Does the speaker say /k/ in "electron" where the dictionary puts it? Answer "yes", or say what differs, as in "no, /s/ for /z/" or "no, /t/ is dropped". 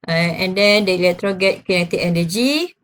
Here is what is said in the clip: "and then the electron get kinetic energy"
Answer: no, /k/ is dropped